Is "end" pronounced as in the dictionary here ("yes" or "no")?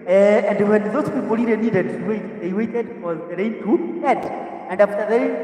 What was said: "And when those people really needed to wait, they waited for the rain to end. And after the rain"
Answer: no